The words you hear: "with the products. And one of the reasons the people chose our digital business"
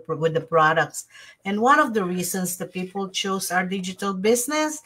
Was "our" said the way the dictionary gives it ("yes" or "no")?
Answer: yes